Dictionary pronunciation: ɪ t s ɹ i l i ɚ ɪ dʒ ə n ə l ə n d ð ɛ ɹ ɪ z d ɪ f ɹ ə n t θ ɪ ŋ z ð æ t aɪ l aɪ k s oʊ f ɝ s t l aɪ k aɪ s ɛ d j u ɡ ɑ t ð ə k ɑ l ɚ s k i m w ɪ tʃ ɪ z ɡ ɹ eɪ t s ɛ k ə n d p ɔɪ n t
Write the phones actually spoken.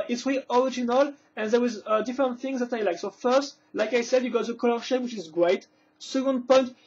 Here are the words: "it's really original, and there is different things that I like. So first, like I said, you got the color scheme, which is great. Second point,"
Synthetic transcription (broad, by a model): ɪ t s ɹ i i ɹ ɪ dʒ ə n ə l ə n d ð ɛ w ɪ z d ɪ f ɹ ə n t θ ɪ ŋ z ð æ t aɪ l aɪ k s oʊ f ɝ s t l aɪ k aɪ s ɛ d j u ɡ ɑ t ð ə k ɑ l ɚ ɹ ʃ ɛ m w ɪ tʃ ɪ z ɡ ɹ eɪ t s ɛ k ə n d p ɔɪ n t